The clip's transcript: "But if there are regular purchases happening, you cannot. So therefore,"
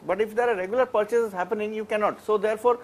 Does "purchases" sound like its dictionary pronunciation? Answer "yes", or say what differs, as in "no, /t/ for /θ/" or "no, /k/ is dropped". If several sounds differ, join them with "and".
yes